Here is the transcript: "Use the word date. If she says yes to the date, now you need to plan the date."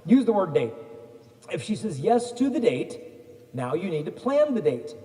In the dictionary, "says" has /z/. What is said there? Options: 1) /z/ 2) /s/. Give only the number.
1